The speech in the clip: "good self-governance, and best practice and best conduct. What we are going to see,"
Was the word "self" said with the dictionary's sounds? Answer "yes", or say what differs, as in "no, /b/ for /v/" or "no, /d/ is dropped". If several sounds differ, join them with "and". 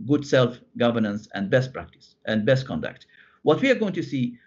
yes